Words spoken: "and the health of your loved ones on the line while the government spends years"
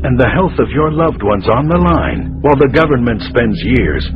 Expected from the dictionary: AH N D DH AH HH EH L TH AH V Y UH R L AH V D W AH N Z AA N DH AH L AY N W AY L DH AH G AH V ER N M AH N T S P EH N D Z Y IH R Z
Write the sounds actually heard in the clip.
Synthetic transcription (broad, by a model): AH N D DH AH HH EH L TH AH V Y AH R L AH V D W AH N Z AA N DH AH L AY N W AY L DH AH G AH V ER N M AH N T S P EH N D Z Y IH R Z